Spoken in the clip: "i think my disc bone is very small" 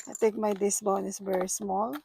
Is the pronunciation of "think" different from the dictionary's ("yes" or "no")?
yes